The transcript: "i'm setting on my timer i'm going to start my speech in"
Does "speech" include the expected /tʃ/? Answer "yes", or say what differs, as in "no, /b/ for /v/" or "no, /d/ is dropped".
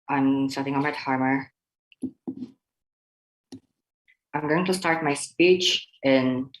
yes